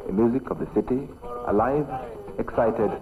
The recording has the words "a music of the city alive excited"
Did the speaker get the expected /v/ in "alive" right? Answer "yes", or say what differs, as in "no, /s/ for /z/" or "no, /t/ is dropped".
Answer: yes